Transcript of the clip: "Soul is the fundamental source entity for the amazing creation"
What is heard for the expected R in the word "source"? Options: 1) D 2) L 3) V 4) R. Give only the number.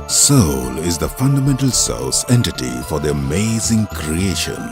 2